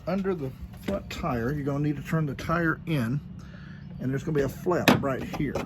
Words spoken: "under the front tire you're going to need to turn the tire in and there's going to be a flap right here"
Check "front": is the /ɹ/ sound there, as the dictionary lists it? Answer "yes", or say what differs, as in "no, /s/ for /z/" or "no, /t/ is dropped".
no, /l/ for /ɹ/